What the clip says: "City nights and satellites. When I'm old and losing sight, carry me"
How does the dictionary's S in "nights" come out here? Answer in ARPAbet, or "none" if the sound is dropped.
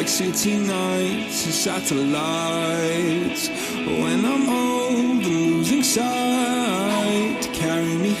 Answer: none